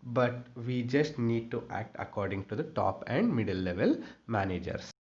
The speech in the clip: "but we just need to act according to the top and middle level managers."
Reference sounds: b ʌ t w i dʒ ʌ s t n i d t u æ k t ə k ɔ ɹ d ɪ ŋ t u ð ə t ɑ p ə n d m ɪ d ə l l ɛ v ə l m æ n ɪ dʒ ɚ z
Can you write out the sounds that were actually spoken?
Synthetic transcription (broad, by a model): b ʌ t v i dʒ ʌ s t n i d t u æ k t ə k ɔ ɹ d ɪ ŋ t u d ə t ɑ p ə n d m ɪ d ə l l ɛ v ə l m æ n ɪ dʒ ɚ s